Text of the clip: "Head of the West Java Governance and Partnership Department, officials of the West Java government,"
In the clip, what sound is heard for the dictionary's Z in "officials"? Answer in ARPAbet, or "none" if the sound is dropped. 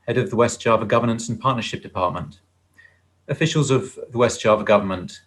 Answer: Z